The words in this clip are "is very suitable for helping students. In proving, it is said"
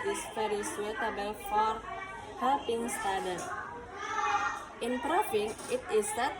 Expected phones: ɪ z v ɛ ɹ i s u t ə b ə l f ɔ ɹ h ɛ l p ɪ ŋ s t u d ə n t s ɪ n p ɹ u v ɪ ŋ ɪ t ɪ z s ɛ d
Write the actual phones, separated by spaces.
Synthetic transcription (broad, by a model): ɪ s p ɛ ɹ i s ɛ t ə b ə l f ɔ ɹ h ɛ p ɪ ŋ s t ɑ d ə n t ɪ n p ɹ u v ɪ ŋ ɪ t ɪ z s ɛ